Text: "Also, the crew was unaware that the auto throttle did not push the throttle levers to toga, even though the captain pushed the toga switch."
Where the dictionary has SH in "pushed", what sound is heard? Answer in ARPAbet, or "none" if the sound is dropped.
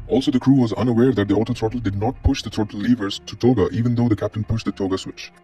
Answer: SH